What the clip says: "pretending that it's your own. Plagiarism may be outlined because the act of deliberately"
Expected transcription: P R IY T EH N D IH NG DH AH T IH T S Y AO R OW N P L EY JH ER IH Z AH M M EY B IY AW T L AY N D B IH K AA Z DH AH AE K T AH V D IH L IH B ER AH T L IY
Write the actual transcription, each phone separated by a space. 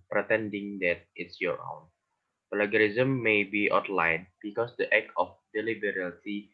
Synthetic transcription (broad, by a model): P R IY T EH N D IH NG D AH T IH T S Y AO R OW N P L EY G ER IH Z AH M M EY B IY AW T L AY N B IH K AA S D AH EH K AH F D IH L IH B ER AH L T IY